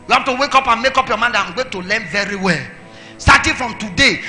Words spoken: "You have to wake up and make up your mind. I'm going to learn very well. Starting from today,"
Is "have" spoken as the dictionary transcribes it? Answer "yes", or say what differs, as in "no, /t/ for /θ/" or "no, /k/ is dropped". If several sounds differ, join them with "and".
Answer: no, /f/ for /v/